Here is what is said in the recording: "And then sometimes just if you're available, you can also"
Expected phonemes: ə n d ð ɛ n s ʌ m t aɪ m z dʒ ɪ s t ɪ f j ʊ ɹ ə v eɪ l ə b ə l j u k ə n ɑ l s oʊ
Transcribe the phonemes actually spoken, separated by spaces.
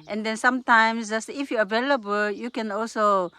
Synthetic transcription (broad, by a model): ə n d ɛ n s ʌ m t aɪ m s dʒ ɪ s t ɪ f j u ə v eɪ l ə b ə l j u k ə n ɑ l s oʊ